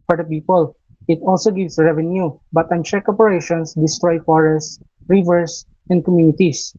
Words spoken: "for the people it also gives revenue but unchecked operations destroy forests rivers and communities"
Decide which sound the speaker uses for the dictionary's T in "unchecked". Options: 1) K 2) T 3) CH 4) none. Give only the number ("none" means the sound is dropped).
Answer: 4